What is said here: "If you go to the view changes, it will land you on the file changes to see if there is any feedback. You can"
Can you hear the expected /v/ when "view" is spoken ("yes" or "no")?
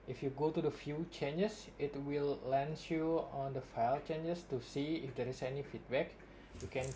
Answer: no